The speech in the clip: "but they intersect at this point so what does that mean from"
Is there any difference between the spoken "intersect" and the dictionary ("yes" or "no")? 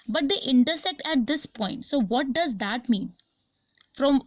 no